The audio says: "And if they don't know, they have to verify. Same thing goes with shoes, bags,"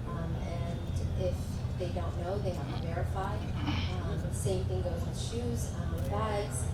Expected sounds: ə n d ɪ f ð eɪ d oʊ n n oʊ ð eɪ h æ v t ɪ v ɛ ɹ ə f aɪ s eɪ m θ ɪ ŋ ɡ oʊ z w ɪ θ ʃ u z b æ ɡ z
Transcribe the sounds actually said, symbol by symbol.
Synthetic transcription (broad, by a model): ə n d ɪ f ð eɪ d oʊ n n oʊ ð eɪ h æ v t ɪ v ɛ ɹ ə f aɪ s eɪ m θ ɪ ŋ ɡ oʊ z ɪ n ʃ u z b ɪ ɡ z